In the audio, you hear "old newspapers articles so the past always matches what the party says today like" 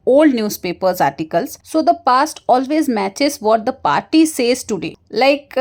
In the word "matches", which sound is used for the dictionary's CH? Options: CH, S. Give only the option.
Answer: CH